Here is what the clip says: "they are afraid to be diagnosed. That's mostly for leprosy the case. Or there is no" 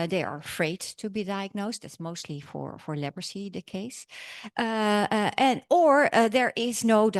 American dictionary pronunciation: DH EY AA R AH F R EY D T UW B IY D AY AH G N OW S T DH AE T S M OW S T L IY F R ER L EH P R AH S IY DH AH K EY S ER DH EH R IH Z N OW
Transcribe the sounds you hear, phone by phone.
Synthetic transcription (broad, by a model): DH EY AA R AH F R EY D T UW B IY D AY AH G N OW S T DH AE T S M OW S T L IY F R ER L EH B R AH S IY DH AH K EY S ER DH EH R IH Z N OW